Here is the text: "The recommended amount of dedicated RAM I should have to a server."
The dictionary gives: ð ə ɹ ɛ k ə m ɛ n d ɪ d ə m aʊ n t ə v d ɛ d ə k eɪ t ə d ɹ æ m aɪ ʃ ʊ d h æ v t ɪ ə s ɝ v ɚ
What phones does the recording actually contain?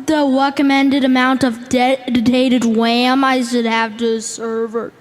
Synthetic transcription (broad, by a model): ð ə ɹ ɛ k ə m ɛ n d ɪ d ə m aʊ n t ə v d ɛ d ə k eɪ t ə d w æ m aɪ ʃ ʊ d h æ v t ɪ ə s ɝ v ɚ